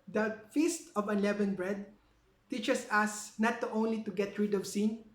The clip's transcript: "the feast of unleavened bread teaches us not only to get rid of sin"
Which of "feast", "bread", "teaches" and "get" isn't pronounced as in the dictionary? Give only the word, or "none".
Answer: teaches